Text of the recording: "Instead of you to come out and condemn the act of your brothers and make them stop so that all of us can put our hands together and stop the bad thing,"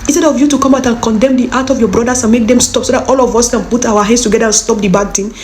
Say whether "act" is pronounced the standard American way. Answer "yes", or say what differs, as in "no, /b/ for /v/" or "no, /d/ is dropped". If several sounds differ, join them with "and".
no, /k/ is dropped